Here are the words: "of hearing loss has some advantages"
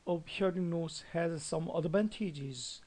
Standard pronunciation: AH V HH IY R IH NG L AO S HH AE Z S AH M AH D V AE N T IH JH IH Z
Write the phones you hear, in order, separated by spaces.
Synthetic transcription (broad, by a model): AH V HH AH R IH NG N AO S HH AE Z S AH M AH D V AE N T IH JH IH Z